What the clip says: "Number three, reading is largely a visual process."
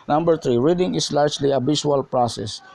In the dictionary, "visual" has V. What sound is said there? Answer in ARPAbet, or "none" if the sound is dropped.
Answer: B